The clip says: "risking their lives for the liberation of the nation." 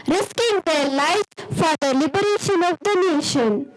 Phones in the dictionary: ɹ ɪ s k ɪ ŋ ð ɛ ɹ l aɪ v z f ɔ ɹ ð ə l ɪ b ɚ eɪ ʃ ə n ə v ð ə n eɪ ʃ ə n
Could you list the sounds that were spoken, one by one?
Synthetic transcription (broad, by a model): ɹ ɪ s k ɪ ŋ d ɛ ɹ l aɪ z f ɔ ɹ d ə l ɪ b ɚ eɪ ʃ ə n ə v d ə n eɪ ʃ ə n